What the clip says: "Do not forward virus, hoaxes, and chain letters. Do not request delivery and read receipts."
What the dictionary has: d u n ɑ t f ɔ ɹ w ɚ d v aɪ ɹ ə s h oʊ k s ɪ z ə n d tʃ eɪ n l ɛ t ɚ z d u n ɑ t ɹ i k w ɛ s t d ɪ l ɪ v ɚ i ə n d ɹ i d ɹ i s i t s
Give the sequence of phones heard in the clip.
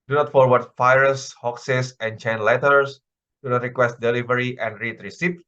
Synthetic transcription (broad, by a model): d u n ɑ t f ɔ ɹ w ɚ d f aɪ ɹ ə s h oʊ k s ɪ s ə n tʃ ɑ n l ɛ t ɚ s d u n ɑ t ɹ i k w ɛ s t d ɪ l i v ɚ i ə n d ɹ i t ɹ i s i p